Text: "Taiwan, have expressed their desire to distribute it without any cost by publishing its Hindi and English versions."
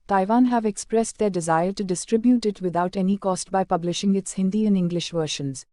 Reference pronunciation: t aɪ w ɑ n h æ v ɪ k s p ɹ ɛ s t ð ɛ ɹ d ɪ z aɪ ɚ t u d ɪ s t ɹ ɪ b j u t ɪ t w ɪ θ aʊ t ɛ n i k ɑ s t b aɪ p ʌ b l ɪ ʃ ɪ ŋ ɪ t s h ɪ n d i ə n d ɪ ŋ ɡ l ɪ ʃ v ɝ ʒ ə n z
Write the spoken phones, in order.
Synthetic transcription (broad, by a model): t aɪ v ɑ n h æ v ɪ k s p ɹ ɛ s t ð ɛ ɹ d ɪ z aɪ ɚ t u d ɪ s t ɹ ɪ b j u t ɪ t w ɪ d aʊ t ɛ n i k ɑ s t b aɪ p ʌ b l ɪ ʃ ɪ ŋ ɪ t s h ɪ n d i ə n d ɪ ŋ ɡ l ɪ ʃ v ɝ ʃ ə n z